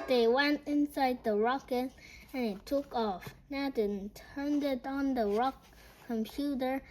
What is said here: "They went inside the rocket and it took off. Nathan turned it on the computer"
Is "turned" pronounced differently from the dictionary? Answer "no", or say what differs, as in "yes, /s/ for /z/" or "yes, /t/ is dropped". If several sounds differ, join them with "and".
no